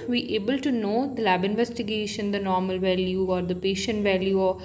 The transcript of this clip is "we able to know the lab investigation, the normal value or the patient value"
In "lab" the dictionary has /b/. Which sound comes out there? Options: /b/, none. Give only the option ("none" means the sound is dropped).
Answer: /b/